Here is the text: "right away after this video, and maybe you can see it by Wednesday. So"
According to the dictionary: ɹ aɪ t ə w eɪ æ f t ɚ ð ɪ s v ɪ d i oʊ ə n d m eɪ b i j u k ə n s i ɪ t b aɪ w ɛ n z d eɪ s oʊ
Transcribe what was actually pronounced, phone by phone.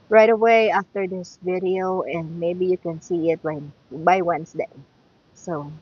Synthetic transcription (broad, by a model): ɹ aɪ t ə w eɪ æ f t ɚ ð ɪ s v ɪ d i oʊ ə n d m eɪ b i j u k ə n s i ɪ t b aɪ w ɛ n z d eɪ s oʊ